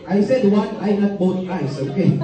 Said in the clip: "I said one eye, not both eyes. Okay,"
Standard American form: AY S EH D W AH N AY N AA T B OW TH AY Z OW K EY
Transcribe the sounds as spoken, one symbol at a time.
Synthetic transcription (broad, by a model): AY S EH D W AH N AY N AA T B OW T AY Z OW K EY